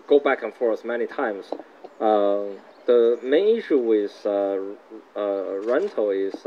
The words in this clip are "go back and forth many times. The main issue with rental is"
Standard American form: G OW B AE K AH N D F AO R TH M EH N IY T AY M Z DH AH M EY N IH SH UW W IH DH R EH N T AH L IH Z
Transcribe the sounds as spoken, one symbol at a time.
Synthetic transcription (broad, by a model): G OW B AE K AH N F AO R S M EH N IY T AY M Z DH AH M EY N IH SH UW W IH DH R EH N T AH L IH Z